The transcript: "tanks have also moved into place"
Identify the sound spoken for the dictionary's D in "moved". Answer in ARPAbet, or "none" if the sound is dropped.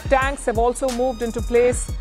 D